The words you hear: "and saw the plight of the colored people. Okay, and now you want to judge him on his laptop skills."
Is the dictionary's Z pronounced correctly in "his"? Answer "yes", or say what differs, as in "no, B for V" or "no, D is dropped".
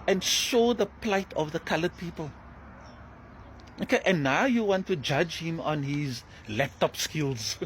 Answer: yes